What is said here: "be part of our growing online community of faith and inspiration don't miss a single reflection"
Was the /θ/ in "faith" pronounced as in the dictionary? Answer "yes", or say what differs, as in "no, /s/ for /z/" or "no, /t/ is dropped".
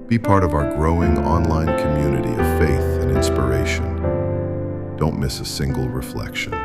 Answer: yes